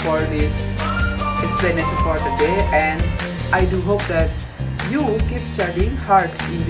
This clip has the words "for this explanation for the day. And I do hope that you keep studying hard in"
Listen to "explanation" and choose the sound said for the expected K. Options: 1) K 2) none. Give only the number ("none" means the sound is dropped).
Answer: 2